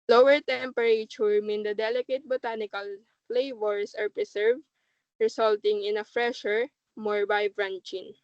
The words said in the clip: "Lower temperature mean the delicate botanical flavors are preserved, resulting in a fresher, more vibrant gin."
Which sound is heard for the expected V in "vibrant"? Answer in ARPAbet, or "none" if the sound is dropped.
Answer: B